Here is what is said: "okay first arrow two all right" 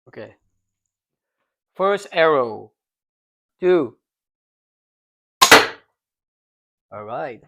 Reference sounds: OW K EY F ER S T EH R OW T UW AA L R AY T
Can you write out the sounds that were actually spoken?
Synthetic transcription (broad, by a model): OW K EY F ER S T EH R OW T UW AA L R AY T